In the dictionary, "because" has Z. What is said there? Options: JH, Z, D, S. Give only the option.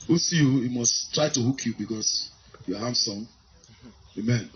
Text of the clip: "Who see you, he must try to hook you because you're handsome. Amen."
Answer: S